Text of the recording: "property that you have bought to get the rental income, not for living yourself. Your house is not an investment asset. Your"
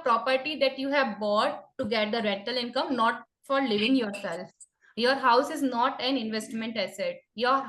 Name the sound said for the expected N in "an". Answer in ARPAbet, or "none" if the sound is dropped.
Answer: N